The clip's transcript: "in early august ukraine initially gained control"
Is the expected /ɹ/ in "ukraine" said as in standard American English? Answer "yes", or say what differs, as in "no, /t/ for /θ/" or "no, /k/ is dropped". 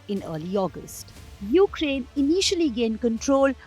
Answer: yes